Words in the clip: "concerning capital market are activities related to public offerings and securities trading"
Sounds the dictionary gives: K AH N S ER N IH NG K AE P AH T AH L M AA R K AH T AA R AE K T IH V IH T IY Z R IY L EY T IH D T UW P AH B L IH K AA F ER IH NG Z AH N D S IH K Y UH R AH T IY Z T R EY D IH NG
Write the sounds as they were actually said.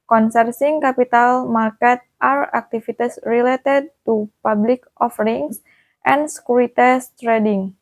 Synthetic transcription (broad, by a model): K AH N S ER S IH NG K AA P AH T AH L M AA R K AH T AA R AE K T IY F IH T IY S R IY L EY T IH D T UW P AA B L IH K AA F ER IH NG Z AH N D S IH K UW R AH T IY S T R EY D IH NG